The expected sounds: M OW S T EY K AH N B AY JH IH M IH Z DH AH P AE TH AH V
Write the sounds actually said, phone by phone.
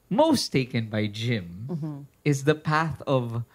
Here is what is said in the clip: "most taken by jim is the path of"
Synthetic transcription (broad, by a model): M OW S T EY K AH N B AY JH IH M IH Z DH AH P AE TH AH V